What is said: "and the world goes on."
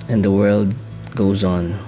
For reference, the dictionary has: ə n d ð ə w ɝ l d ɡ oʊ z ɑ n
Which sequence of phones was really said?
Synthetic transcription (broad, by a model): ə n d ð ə w ɝ l d ɡ oʊ z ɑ n